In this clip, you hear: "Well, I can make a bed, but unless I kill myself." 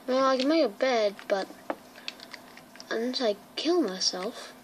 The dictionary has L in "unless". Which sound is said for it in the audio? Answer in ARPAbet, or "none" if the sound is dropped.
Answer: none